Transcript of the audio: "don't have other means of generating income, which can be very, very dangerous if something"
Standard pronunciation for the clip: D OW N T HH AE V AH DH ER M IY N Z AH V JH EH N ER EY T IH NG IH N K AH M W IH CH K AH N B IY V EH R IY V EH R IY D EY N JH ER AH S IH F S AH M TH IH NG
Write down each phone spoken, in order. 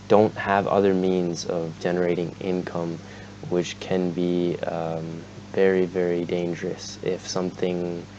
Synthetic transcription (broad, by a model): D OW N T HH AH V AH DH ER M IY N Z AH V JH EH N ER EY T IH NG IH N K AH M W IH CH K AH N B IY V EH R IY V EH R IY D EY N JH ER AH S IH F S AH M TH IH NG